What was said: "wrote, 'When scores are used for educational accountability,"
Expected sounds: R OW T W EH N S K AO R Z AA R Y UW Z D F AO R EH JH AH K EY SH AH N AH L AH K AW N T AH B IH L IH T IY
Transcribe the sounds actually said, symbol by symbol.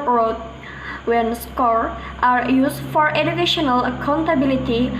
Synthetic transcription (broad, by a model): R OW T W EH N S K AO R AA R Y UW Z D F AO R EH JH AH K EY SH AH N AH L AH K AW N T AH B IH L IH T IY